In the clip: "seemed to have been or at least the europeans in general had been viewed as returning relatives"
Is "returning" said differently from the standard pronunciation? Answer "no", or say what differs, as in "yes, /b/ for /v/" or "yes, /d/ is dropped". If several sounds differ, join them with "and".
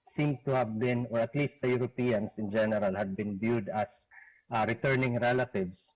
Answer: no